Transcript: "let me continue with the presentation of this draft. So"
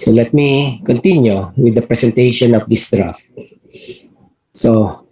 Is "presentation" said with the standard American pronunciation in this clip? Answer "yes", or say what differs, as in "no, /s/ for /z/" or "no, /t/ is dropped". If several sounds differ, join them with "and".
no, /s/ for /z/